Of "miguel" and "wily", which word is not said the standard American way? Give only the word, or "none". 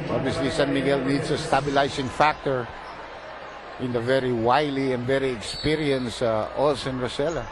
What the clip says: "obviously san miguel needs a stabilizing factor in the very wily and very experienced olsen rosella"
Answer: none